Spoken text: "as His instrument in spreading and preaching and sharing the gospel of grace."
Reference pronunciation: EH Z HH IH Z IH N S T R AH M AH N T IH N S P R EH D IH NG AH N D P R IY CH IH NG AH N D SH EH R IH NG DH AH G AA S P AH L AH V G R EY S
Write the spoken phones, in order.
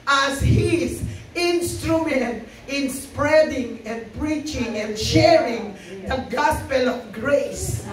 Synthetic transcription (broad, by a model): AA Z HH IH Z IH N S T R AH M AH N T IH N S P R EH D IH NG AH N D P R IY CH IH NG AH N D SH EH R IH NG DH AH G AA S P AH L AH V G R EY S